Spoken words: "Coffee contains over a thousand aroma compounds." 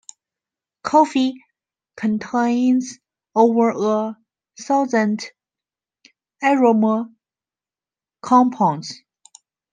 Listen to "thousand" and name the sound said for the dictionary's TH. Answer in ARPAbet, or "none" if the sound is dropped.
S